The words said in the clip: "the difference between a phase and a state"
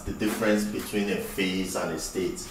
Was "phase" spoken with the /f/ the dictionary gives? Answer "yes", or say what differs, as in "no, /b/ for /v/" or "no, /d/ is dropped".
yes